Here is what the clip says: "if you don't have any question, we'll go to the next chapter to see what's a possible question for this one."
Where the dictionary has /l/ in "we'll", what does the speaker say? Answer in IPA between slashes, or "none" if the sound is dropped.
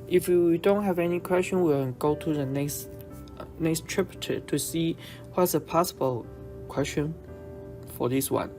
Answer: /n/